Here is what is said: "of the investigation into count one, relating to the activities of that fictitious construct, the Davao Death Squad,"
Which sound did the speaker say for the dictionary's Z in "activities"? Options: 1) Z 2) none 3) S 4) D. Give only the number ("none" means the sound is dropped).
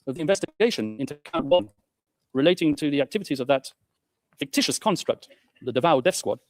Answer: 1